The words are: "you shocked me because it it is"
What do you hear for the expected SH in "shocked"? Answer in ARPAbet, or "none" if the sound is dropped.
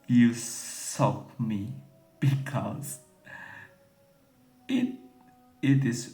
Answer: S